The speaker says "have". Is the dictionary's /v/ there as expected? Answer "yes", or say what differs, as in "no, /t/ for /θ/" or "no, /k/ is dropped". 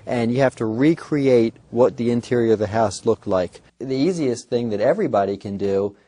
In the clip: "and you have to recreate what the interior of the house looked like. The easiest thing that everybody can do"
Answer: no, /f/ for /v/